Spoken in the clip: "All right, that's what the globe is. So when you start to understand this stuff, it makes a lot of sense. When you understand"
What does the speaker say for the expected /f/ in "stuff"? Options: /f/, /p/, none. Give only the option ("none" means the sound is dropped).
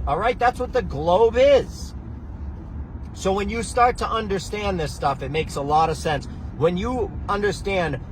/f/